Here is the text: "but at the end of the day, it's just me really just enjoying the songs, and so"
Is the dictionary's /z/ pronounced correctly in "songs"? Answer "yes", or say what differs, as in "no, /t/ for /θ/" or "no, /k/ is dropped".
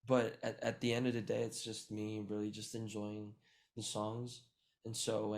yes